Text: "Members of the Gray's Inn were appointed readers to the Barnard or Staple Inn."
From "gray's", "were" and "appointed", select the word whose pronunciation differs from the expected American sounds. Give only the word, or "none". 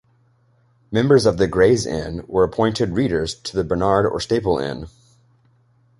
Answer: none